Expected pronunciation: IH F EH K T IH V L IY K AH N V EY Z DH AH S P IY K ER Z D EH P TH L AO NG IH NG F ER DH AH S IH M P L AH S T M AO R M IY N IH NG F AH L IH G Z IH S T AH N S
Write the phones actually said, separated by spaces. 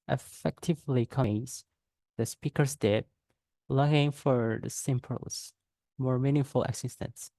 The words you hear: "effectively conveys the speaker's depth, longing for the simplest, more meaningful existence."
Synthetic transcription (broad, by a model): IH F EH K T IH V L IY K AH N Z DH AH S P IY K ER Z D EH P L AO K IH NG F ER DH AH S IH M P AH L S M AO R M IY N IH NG F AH L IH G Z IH S T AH N S